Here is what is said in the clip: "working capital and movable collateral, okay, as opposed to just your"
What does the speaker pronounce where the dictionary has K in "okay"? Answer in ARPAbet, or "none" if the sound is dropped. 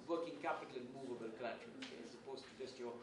none